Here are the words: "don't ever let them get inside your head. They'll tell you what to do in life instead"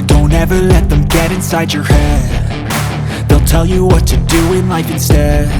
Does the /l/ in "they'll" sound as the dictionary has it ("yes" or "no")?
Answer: yes